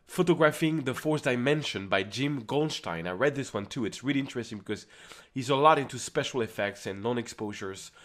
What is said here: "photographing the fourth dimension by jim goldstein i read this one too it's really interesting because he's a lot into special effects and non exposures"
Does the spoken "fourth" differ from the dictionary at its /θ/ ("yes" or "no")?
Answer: yes